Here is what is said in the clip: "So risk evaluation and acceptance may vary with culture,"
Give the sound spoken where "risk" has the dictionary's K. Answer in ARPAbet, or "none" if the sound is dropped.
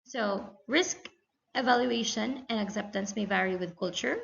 K